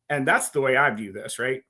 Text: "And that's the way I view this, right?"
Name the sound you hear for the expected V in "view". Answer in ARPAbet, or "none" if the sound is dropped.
V